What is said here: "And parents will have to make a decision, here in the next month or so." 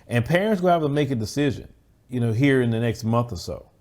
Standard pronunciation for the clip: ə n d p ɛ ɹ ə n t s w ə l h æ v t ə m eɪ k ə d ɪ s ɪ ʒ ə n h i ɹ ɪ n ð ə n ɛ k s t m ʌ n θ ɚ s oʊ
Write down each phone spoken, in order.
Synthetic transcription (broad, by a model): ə n p ɛ ɹ ə n t s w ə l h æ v t ə m eɪ k ə d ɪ s ɪ ʒ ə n h i ɹ ɪ n ð ə n ɛ k s t m ʌ n θ ɚ s oʊ